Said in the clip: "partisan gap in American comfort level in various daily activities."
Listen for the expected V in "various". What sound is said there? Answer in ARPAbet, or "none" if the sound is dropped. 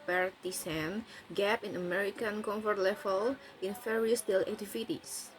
F